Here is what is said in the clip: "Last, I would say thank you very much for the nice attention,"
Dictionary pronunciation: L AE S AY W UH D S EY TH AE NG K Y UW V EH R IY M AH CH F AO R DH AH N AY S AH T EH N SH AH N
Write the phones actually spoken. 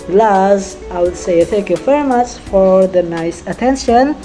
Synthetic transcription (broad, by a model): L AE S AY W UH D S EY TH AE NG K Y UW F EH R M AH S F AO R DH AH N AY S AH T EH N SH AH N